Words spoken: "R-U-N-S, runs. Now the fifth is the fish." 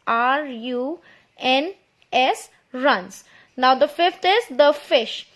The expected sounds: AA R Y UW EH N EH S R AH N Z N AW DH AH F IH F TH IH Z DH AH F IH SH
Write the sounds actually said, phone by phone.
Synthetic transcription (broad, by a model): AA R Y UW EH N EH S R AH N S N AW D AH F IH F T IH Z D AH F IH SH